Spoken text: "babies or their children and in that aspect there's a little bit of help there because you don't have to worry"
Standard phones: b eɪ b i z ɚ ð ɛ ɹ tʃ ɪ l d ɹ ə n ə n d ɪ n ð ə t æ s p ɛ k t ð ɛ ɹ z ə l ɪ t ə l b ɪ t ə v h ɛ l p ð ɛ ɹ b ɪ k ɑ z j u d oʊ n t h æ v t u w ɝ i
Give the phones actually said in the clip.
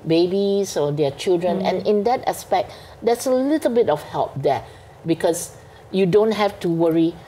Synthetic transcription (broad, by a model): b eɪ b i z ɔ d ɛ tʃ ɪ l d ɹ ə n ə n ɪ n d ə t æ s p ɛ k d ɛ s ə l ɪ t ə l b ɪ t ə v h ɛ l p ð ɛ b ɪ k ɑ s j u d oʊ n t h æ f t u w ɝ i